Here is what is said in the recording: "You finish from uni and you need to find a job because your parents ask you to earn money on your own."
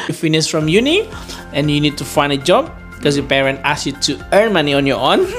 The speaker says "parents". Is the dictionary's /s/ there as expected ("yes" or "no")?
no